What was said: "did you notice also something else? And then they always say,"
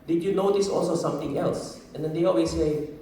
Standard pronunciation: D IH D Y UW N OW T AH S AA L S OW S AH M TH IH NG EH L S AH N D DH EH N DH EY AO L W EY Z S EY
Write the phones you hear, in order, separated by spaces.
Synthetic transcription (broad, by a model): D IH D Y UW N OW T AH S AA L S OW S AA M T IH NG EH L S AH N D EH N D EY AO L W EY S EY